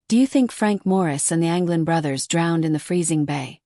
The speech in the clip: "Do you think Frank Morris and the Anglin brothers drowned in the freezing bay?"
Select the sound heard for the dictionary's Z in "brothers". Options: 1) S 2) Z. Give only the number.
2